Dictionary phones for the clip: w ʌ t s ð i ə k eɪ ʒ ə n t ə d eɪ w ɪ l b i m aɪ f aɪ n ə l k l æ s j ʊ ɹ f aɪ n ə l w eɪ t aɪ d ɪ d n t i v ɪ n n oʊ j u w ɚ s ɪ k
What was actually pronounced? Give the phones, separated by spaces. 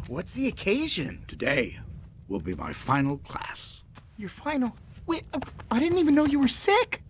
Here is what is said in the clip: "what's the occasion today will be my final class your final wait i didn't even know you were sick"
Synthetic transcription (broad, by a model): w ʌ t s ð i ə k eɪ ʒ ə n t ə d eɪ w ɪ l b i m aɪ f aɪ n l k l æ s j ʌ ɹ f aɪ n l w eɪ aɪ d ɪ d n t i v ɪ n n oʊ j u w ɚ s ɪ k